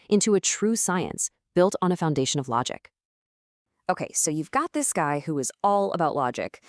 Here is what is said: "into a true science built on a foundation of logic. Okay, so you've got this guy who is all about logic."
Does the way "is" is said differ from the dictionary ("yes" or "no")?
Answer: no